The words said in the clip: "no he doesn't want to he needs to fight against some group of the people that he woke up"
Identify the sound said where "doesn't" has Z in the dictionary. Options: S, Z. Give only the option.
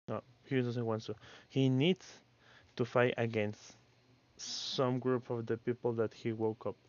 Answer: S